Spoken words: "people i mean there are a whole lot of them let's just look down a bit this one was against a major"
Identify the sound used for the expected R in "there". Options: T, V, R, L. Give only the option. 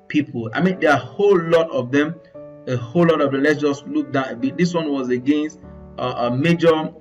L